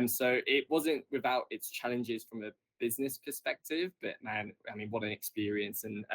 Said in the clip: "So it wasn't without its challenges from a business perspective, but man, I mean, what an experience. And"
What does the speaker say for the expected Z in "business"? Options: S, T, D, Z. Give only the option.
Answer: Z